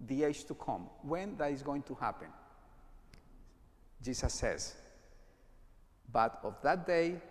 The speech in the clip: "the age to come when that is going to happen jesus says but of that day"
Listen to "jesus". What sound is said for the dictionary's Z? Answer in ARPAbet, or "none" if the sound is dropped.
S